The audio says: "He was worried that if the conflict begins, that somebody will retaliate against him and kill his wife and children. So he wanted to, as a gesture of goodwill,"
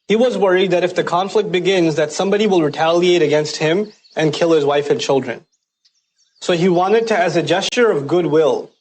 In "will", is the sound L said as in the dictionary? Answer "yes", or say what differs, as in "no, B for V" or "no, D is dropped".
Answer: yes